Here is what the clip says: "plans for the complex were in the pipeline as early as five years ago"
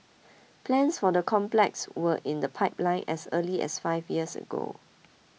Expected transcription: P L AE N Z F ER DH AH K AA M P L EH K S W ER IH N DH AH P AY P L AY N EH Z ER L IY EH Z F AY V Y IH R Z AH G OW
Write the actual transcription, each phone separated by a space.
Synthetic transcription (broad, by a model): P L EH N S F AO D AH K AA M P L EH K S W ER IH N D AH P AY P L AY N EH S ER L IY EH S F AY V Y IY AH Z AH G OW